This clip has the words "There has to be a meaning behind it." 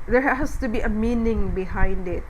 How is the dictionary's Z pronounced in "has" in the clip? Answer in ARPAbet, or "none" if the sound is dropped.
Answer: S